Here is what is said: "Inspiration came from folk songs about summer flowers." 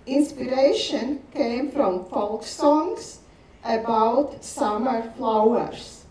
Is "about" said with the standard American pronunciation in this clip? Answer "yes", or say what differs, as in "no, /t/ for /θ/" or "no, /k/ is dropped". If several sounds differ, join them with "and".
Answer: yes